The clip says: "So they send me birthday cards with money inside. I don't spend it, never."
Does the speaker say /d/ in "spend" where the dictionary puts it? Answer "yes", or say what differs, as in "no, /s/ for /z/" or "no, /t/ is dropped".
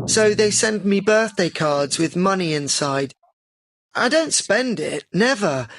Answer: yes